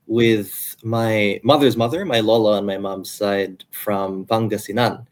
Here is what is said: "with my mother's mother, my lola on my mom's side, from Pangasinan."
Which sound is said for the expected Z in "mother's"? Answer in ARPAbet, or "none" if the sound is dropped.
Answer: Z